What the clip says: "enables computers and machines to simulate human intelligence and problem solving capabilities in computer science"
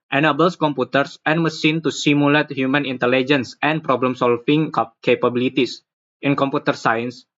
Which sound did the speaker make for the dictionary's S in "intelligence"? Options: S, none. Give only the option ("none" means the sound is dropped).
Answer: S